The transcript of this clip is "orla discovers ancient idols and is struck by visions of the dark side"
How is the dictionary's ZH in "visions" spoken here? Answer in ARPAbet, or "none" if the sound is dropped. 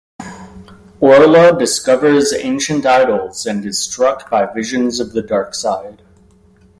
ZH